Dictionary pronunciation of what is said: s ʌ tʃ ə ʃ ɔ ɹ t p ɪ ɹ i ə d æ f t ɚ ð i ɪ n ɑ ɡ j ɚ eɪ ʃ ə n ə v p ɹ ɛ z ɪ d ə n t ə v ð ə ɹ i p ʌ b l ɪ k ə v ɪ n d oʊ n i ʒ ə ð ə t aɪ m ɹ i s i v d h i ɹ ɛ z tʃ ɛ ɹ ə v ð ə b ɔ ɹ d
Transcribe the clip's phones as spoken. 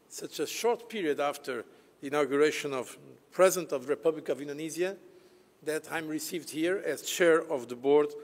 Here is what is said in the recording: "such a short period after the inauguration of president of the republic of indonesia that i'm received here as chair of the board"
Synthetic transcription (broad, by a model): s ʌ tʃ ə ʃ ɔ ɹ t p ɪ ɹ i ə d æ f t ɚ ð i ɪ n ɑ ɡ j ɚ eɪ ʃ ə n ə v p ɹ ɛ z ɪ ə n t ə v ð ə ɹ i p ʌ b l ɪ k ə v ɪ n d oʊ n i z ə ð ə t aɪ m ɹ i s i v d h i ɹ ɛ z tʃ ɛ ɹ ə v ð ə b ɔ ɹ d